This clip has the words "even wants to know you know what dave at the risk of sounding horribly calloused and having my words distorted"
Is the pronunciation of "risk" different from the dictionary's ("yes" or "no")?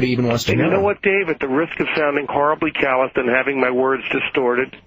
no